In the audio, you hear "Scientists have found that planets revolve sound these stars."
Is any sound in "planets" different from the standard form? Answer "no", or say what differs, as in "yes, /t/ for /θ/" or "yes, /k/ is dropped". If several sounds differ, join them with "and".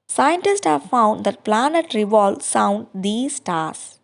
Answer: yes, /s/ is dropped